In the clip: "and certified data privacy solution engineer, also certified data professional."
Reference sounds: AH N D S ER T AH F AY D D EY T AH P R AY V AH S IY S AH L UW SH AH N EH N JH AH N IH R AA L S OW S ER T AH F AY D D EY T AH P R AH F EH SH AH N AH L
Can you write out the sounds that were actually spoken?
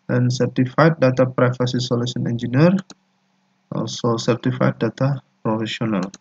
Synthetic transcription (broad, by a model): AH N S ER T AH F AY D D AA T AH P R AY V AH S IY S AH L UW S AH N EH N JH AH N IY R AA L S OW S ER T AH F AY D D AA T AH P R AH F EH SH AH N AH L